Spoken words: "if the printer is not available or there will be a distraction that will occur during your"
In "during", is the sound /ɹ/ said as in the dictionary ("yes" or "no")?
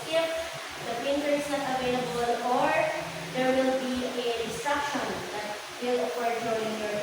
no